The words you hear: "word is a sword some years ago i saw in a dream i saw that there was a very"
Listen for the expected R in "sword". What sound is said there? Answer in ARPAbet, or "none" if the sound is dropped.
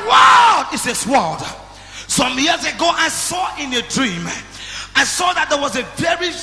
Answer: L